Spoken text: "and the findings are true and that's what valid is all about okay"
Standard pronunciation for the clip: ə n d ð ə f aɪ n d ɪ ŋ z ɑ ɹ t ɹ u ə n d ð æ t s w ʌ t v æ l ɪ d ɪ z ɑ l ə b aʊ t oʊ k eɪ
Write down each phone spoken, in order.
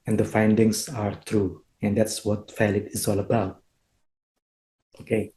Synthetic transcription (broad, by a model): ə n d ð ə f aɪ n d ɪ ŋ s ɑ ɹ t ɹ u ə n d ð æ t s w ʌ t f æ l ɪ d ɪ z ɑ l ə b aʊ t oʊ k eɪ